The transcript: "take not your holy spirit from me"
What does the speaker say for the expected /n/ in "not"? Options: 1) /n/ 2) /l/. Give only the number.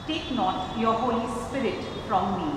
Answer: 1